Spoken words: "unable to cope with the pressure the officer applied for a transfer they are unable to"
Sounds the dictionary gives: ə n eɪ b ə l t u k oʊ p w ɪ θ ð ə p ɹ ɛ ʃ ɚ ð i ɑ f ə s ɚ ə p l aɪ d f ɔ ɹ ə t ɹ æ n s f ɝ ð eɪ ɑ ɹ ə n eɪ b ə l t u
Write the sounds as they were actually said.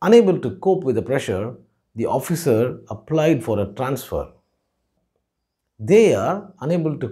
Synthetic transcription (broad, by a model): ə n eɪ b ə l t u k oʊ p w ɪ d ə p ɹ ɛ ʃ ɚ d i ɑ f ə s ɚ ə p l aɪ d f ɔ ɹ ə t ɹ æ n s f ɝ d eɪ ɑ ɹ ə n eɪ b ə l t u